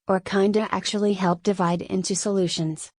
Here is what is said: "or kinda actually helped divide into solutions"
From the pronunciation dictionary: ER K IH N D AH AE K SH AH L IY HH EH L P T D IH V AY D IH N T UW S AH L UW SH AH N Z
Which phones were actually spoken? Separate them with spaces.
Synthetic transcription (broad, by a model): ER K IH N D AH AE K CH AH L IY HH EH L P D IH V AY D IH N T UW S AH L UW SH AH N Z